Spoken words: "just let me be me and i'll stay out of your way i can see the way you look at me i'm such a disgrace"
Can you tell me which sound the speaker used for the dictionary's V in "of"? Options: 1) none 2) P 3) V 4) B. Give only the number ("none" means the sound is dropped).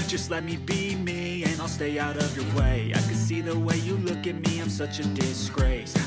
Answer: 3